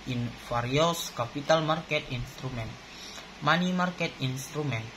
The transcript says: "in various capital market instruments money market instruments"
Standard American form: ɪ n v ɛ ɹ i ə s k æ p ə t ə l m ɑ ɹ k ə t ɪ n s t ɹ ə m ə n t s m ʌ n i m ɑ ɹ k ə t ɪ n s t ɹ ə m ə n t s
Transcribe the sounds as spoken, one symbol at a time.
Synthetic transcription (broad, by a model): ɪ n f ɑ ɹ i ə s k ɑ p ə t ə l m ɑ ɹ k ə t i n s t ɹ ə m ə n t m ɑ n i m ɑ ɹ k ə t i n s t ɹ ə m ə n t